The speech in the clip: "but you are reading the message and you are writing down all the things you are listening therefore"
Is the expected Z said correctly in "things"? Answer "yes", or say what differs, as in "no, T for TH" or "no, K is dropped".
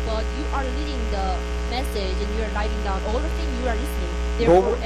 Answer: no, Z is dropped